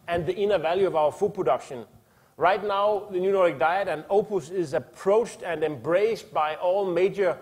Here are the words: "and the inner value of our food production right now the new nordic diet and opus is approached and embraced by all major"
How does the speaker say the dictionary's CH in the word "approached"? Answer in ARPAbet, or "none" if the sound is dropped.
CH